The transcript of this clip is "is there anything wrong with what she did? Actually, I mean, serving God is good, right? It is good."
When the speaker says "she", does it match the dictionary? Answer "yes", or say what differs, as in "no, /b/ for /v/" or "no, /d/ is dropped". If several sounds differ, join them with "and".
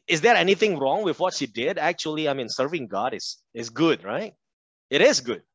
yes